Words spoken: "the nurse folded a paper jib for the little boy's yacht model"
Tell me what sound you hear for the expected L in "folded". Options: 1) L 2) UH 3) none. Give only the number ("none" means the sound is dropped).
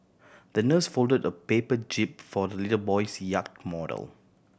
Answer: 1